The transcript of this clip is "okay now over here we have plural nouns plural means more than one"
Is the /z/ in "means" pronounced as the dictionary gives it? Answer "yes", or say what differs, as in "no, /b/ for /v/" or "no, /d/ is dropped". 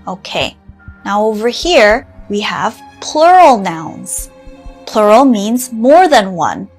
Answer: yes